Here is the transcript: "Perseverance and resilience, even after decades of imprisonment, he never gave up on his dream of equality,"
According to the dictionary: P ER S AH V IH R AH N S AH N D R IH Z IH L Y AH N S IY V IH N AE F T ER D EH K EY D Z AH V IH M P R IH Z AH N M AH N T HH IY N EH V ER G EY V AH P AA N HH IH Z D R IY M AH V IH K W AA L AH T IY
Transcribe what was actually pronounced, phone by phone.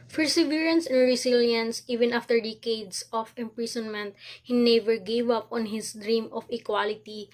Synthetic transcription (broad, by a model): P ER S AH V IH R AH N S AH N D R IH S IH L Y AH N S IY V IH N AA F T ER D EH K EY D S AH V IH M P R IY S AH N M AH N T HH IY N EH V ER G EY V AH P AA N HH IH S D R IY M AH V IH K W AA L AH T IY